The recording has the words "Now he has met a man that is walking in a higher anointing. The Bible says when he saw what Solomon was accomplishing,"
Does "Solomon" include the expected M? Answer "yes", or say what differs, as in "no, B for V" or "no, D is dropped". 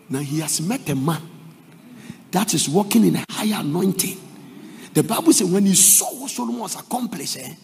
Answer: no, M is dropped